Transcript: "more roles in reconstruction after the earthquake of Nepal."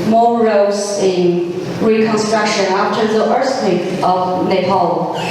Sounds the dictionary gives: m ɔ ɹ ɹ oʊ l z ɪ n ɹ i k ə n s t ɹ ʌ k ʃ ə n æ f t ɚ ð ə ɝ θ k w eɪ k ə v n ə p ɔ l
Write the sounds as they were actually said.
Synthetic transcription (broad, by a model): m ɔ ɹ ɹ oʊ z ɪ n ɹ i k ə n s t ɹ ʌ k ʃ ə n æ f t ɚ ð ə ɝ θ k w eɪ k ə v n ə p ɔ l